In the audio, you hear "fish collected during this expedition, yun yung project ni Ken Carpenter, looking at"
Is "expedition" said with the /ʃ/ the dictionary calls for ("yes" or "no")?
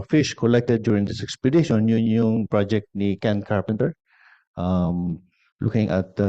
no